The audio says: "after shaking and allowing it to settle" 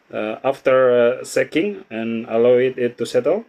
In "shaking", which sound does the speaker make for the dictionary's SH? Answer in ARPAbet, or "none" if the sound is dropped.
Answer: S